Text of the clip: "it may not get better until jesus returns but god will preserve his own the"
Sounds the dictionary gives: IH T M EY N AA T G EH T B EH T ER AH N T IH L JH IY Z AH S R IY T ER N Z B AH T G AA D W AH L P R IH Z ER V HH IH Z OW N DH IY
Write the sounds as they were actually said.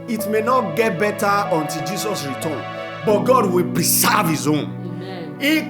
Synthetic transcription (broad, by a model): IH T M EY N AA T G EH T B EH T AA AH N T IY L JH IY S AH S R IY T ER N B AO T G AA D W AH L P R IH S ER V HH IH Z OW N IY